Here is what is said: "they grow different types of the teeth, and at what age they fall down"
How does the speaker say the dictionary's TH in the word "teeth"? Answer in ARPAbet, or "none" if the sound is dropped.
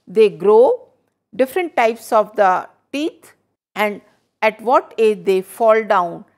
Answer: T